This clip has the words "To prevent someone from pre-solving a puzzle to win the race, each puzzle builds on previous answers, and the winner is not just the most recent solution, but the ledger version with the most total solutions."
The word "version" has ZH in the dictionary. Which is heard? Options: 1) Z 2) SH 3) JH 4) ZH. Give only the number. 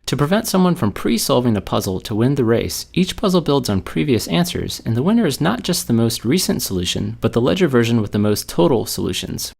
4